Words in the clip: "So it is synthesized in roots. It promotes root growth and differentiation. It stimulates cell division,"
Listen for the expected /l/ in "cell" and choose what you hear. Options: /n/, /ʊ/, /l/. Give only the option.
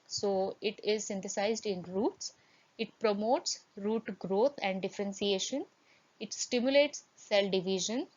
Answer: /l/